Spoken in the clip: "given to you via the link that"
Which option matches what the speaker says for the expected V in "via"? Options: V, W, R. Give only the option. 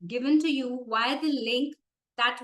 W